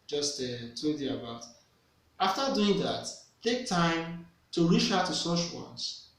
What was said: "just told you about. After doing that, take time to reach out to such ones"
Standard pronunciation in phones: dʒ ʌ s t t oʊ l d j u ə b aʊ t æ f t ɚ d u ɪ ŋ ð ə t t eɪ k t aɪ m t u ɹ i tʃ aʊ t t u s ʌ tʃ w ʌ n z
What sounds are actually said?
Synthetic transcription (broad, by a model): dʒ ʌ s t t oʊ d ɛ ə b aʊ t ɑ f t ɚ d u ɪ ŋ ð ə t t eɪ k t aɪ m t u ɹ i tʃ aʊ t t u s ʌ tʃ w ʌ n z